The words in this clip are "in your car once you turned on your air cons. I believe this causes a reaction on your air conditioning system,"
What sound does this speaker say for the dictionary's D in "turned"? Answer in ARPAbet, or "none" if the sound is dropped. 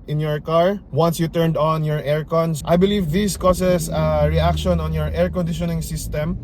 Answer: D